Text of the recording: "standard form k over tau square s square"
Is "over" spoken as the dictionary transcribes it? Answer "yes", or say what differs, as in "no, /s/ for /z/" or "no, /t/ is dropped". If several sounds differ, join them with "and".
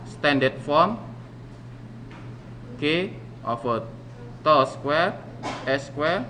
no, /f/ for /v/